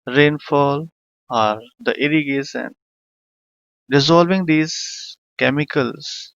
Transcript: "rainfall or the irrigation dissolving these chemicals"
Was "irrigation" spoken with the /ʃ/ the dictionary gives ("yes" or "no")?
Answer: no